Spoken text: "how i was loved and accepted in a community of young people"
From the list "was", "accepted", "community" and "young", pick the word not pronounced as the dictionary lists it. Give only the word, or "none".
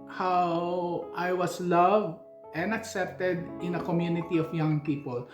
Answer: was